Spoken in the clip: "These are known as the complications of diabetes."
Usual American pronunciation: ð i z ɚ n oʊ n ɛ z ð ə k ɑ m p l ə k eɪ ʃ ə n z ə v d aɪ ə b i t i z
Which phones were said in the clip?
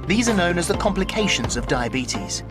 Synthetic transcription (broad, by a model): ð i z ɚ n oʊ n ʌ z ð ə k ɑ m p l ə k eɪ ʃ ə n z ə v d aɪ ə b i t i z